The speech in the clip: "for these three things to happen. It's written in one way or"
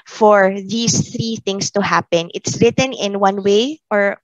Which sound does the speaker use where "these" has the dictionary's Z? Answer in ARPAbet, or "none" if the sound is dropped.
S